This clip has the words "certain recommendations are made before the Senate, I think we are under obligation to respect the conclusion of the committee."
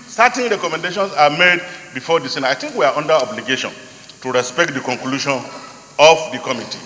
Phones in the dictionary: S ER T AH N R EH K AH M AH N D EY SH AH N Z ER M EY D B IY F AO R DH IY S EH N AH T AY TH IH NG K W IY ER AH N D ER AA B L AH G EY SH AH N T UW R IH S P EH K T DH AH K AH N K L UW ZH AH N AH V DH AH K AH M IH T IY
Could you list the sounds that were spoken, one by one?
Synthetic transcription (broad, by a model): S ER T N R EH K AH M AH N D EY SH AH N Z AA M EY D B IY F AO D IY S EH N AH AY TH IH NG K W IY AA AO N D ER AA B L AH G EY SH AH N T UW R IH S P EH K T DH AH K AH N K L UW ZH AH N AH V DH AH K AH M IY T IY